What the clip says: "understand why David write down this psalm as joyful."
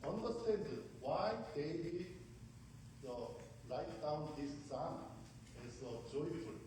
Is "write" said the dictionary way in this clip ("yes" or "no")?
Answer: no